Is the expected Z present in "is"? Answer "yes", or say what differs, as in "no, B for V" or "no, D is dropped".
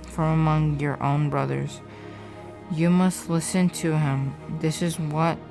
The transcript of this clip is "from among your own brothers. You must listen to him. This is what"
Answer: yes